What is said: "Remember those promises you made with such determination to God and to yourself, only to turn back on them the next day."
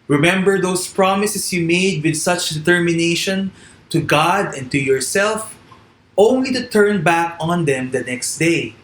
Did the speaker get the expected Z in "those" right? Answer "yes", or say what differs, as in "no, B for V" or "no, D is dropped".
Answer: no, S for Z